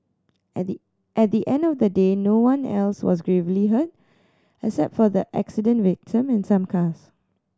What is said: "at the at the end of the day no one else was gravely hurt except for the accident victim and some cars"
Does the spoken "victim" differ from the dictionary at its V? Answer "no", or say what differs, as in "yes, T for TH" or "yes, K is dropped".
no